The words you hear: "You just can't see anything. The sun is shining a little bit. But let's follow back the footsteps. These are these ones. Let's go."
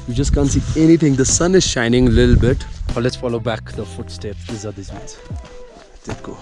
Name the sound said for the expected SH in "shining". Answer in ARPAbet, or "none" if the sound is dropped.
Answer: SH